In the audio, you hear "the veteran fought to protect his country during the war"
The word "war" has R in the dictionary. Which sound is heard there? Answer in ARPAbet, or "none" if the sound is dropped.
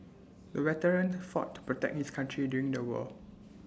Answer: L